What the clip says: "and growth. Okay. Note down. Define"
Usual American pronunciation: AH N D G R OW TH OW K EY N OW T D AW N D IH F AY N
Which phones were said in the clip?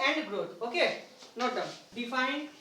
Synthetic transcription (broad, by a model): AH N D G R OW T OW K EY N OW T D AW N D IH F AY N